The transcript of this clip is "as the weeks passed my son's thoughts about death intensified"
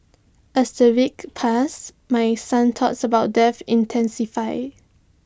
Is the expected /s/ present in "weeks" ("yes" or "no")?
no